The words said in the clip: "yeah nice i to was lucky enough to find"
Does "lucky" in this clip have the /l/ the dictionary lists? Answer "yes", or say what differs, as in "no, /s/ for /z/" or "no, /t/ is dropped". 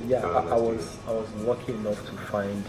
no, /w/ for /l/